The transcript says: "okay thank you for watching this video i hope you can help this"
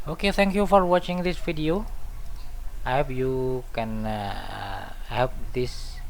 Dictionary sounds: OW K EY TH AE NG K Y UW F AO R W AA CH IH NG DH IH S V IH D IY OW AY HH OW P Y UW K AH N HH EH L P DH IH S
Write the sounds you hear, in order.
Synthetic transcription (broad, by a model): OW K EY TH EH NG K Y UW F AO R W AA CH IH NG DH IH S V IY D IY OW AY HH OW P Y UW K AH N HH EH P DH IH S